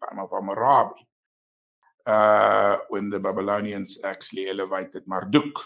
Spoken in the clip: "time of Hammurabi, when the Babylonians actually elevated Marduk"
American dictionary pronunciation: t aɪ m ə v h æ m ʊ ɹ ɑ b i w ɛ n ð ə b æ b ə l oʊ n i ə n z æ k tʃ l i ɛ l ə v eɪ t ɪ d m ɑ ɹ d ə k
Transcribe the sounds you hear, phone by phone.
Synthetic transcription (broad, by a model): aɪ m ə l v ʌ m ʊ ɹ ɑ b i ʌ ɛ n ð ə b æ b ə l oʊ n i ə n s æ k s l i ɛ l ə v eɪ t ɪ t m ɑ ɹ d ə k